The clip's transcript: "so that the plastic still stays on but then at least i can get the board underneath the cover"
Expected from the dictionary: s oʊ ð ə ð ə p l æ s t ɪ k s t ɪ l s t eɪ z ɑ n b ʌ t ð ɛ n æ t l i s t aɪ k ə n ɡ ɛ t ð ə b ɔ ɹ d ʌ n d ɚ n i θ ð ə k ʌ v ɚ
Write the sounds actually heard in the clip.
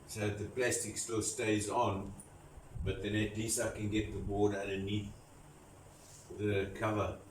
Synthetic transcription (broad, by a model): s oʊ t ð ə p l æ s t ɪ k s t ɪ l s t eɪ z ɑ n b ʌ t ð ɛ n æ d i s aɪ k ə n ɡ ɛ t ð ə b ɔ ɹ d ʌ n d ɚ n i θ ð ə k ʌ v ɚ